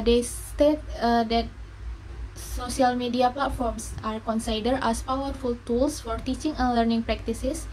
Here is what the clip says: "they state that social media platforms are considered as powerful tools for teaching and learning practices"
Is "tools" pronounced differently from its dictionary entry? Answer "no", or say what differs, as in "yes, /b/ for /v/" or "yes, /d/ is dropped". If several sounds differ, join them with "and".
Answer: yes, /s/ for /z/